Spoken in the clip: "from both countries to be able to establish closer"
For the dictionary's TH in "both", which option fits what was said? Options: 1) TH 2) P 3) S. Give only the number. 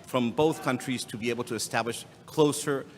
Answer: 1